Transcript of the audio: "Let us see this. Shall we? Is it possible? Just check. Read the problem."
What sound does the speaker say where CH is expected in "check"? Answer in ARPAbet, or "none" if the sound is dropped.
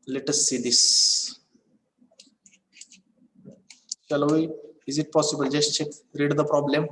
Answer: CH